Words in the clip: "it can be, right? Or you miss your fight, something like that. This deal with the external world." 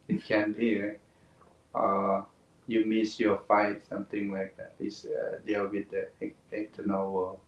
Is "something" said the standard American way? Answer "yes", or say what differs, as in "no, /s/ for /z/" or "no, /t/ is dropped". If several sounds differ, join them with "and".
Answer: no, /t/ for /θ/